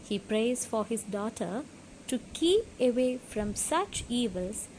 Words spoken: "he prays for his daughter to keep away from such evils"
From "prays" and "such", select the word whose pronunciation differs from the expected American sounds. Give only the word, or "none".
none